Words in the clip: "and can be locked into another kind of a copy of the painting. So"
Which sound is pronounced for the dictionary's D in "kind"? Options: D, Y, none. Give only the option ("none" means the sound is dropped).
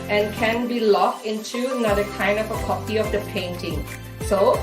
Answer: none